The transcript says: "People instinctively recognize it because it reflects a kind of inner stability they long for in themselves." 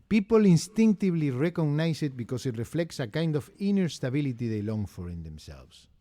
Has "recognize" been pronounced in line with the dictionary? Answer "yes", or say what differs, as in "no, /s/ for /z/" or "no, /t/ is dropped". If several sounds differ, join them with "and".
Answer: no, /s/ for /z/